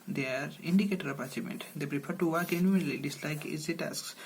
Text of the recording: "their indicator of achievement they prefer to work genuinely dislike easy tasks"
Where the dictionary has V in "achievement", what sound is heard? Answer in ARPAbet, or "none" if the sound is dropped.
none